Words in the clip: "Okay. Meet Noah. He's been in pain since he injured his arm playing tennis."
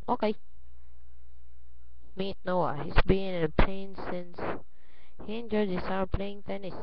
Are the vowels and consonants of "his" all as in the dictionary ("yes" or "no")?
no